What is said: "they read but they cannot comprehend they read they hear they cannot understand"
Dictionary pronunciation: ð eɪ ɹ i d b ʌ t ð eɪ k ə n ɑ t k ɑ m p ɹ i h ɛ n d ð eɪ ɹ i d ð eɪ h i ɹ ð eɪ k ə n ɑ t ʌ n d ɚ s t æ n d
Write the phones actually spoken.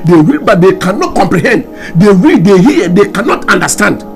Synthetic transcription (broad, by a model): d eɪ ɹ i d b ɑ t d eɪ k ə n ɑ t k ɑ m p ɹ i h ɛ n d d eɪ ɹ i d eɪ h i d eɪ k ə n ɑ t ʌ n d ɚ s t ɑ n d